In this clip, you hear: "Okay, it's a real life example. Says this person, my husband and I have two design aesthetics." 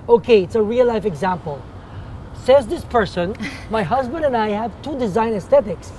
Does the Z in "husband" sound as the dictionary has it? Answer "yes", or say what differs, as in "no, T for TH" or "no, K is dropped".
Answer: yes